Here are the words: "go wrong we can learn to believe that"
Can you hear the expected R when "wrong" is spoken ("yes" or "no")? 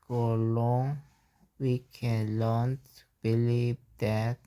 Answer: no